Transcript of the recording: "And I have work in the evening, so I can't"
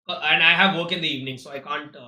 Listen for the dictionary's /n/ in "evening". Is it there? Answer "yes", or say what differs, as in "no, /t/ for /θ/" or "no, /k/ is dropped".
yes